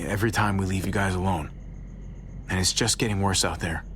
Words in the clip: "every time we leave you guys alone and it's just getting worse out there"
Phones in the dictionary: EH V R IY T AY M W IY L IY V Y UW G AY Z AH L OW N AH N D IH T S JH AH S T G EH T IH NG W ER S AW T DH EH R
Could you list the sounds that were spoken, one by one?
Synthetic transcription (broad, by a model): EH V R IY T AY M W IY L IY V Y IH G AY Z AH L OW N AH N IH T S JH AH S G EH T IH NG W ER S AW T DH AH R